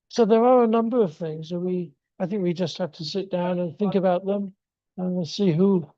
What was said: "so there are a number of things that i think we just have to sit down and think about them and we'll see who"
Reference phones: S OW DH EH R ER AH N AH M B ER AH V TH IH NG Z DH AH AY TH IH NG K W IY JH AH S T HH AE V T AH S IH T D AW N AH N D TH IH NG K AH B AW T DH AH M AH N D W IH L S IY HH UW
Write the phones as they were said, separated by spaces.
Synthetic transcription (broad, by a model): S OW DH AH R ER AH N AH M B ER AH V TH IH NG Z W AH AY TH IH NG K W IY JH AH S T HH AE F T AH S IH T D AW N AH N TH IH NG K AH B AW T DH AH M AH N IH S IY HH UW